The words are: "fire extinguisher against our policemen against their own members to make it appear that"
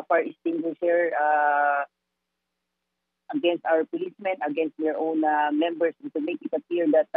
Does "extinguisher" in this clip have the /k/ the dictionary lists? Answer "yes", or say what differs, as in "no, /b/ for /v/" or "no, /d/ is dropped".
no, /k/ is dropped